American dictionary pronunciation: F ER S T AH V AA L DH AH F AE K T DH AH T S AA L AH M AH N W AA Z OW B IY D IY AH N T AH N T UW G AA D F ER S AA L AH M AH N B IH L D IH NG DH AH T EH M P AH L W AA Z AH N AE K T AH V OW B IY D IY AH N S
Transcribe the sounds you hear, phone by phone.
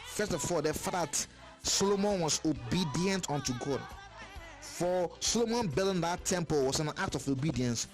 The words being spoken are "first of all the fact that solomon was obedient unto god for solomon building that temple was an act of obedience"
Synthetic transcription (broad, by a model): F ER S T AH F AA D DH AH F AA T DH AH T S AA L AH M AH N W AA S OW B IY D IY AH N T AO N T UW G AA D F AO S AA L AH M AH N B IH N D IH T EH M P AH L W AA S AH N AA K T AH F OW B IY D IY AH N S